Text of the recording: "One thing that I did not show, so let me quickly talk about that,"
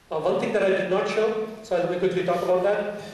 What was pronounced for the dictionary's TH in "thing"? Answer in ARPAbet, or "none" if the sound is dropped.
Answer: T